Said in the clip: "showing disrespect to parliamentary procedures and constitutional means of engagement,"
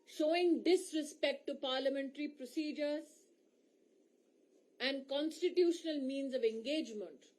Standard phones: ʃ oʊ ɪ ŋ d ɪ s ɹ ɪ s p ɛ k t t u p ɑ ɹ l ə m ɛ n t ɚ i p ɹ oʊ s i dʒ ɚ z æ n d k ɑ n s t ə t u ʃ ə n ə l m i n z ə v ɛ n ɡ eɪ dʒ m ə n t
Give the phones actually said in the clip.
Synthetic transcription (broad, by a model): ʃ oʊ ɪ ŋ d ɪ s ɹ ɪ s p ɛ k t t u p ɑ ɹ l ə m ɛ n t ɚ i p ɹ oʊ s i dʒ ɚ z æ n d k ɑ n s t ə t u ʃ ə n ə l m i n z ə v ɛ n ɡ eɪ dʒ m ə n t